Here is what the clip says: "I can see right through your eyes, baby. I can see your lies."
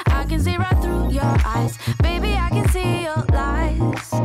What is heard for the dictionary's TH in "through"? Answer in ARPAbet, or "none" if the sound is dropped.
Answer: TH